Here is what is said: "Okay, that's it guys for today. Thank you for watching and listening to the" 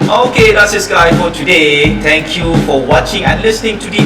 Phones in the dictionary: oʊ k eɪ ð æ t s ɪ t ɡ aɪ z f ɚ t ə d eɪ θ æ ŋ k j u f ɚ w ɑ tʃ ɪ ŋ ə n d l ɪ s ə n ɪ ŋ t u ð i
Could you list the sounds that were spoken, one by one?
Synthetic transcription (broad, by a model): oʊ k eɪ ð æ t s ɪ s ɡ aɪ f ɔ t ə d eɪ t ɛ ŋ k j u f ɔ w ɑ tʃ ɪ ŋ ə n l ɪ s ə n ɪ ŋ t u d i